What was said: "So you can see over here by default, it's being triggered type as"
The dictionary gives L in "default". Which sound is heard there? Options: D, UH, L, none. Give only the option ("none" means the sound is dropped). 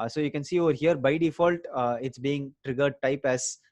L